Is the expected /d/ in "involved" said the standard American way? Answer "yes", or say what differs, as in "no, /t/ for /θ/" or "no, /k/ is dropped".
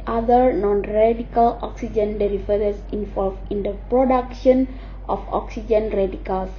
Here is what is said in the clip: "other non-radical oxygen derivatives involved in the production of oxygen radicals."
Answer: no, /d/ is dropped